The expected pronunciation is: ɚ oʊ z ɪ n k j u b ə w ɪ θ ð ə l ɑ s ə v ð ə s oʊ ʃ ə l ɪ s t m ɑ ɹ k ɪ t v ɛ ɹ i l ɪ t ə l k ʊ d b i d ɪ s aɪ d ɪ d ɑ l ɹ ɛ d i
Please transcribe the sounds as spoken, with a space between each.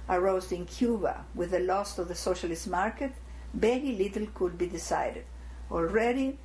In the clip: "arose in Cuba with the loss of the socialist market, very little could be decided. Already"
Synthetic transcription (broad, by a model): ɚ oʊ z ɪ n k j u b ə w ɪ ð ə l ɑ s ə v ð ə s oʊ ʃ ə l ɪ s t m ɑ ɹ k ɪ t b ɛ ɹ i l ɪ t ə l k ʊ d b i d ɪ s aɪ d ɪ d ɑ l ɹ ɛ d i